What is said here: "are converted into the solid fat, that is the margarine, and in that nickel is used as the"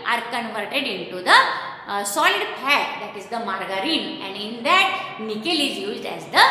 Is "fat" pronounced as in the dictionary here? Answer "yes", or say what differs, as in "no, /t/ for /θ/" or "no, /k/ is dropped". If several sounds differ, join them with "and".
no, /p/ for /f/